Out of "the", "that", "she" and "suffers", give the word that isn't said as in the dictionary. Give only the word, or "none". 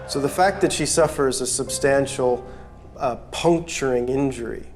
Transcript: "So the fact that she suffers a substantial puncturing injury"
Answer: none